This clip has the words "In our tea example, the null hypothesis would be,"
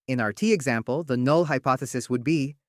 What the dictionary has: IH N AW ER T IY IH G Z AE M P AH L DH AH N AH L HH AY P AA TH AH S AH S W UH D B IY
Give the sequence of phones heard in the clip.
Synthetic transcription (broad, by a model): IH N AW ER T IY IH G Z AE M P AH L DH AH N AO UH HH AY P AA TH AH S AH S W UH D B IY